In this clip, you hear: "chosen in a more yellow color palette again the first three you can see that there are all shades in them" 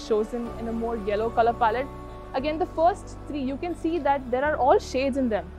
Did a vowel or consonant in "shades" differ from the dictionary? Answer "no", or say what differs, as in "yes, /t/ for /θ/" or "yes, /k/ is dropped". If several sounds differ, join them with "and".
no